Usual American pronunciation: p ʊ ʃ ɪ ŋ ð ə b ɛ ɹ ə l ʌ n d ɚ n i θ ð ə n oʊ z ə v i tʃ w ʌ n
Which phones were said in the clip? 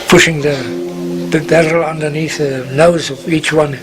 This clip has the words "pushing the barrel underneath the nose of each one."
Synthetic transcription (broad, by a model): p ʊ ʃ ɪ ŋ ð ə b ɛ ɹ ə l ʌ n d ɚ n i θ ð ə n oʊ z ə v i tʃ w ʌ n